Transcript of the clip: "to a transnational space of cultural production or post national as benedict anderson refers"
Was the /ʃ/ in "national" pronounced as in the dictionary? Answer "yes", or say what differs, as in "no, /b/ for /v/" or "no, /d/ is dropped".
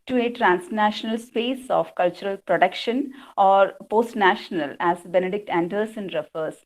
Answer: yes